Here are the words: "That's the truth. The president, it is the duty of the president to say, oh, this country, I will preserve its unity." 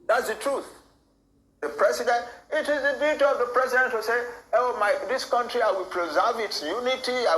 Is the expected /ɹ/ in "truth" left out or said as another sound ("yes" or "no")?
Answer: no